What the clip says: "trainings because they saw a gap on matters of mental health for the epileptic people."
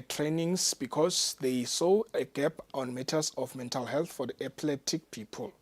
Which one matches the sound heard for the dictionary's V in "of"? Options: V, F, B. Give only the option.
F